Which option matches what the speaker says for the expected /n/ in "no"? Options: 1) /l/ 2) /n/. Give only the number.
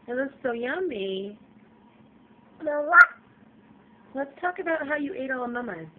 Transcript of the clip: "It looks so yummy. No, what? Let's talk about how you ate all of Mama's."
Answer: 1